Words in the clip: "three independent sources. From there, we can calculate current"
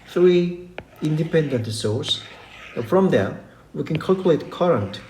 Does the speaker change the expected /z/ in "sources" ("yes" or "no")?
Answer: yes